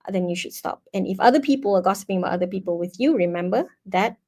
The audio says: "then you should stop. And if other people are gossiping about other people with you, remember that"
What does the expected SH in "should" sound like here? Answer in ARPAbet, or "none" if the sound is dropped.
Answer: SH